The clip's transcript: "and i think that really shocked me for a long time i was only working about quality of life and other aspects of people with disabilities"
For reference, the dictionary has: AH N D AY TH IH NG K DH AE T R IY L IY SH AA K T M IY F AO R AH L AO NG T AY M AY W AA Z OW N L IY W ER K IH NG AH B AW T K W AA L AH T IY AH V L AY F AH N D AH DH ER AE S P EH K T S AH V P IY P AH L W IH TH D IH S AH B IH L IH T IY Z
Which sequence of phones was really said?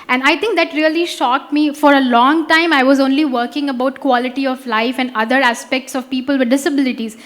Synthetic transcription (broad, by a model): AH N D AY T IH NG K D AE T R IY L IY SH AA K T M IY F AO R AH L AO NG T AY M AY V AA Z OW N L IY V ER K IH NG AH B AW T K W AA L AH T IY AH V L AY F AH N D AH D ER AE S P EH K T S AH V P IY P AH L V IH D D IH S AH B IH L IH T IY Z